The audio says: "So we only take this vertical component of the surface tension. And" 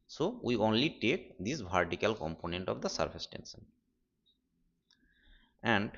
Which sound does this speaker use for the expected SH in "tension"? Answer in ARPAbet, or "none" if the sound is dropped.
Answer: S